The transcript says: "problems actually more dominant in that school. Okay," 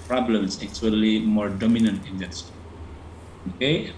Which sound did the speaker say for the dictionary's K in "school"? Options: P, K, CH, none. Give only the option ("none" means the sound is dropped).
none